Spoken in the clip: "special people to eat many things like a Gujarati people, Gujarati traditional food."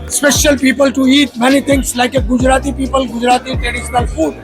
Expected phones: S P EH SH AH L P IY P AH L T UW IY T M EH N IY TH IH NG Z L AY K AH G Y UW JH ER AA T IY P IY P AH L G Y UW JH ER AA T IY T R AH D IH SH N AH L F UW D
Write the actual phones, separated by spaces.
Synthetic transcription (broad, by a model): S P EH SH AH L P IY P AH L T UW IY T M EH N IY T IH NG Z L AY K AH G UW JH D AA T IY P IY P AH L G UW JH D AA T IY T R AH D IH SH N AH L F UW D